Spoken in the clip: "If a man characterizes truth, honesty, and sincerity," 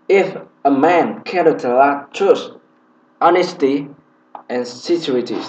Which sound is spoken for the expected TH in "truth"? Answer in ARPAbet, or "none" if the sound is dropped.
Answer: S